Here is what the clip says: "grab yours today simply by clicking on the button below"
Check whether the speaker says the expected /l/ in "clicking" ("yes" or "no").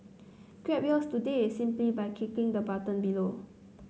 no